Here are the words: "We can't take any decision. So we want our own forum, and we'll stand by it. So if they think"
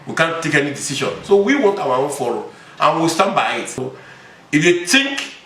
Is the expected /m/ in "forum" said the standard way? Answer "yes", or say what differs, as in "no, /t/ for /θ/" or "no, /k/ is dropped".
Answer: no, /m/ is dropped